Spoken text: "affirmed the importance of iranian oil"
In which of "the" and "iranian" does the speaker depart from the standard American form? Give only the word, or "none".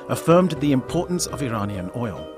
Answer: none